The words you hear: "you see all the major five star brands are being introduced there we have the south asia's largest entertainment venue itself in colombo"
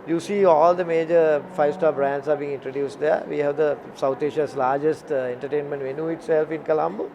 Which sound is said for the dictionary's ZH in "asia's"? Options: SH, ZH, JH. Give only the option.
SH